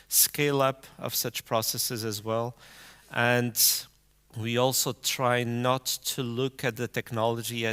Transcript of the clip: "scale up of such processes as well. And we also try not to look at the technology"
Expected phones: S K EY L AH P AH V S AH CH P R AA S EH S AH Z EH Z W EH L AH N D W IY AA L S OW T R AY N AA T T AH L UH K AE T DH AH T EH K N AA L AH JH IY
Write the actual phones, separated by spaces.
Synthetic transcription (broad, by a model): S K EY L AH P AH V S AH CH P R AA S EH S AH Z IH Z W EH L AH N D W IY AA L S OW T R AY N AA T T AH L UH K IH T DH AH T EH K N AA L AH JH IY